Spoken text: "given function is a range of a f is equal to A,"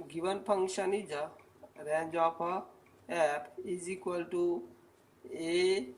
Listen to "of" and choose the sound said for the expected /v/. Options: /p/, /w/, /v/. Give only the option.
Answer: /p/